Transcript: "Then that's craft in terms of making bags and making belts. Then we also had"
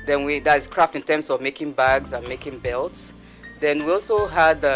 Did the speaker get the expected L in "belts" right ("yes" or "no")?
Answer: yes